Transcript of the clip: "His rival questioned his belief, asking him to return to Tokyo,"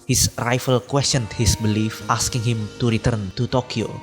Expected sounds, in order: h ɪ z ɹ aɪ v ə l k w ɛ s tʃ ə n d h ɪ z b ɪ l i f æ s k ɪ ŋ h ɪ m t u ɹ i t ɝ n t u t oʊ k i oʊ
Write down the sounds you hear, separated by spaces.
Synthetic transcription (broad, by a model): h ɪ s ɹ aɪ f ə l k w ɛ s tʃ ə n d h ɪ s b ɪ l i f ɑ s k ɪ ŋ h ɪ m t u ɹ i t ɝ n t u t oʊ k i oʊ